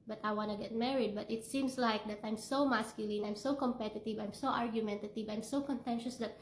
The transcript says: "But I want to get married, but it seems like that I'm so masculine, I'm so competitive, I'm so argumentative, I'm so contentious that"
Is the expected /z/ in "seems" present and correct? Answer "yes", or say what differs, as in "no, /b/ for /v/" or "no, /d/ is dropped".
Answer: no, /s/ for /z/